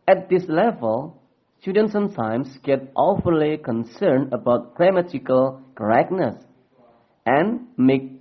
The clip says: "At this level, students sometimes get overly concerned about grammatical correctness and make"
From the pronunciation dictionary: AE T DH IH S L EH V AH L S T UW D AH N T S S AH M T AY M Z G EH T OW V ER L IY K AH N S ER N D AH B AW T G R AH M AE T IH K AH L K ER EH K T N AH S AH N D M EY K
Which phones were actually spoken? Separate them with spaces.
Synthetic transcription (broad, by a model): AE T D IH S L EH V AH L S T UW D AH N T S S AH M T AY M S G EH T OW F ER L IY K AH N S ER N D AH B AW T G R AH M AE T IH K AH L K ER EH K N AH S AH N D M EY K